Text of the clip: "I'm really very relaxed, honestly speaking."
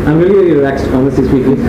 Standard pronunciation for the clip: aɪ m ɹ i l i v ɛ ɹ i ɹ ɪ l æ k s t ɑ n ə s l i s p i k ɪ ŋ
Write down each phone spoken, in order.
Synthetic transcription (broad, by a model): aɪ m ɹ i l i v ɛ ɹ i ɹ ɪ l æ k s t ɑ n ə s i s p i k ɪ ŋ